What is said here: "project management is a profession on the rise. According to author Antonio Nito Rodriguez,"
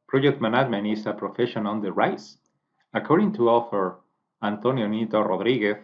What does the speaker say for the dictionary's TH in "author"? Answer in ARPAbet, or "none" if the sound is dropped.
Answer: F